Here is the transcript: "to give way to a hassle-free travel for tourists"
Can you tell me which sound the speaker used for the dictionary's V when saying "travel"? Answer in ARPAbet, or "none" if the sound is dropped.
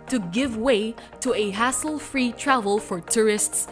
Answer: V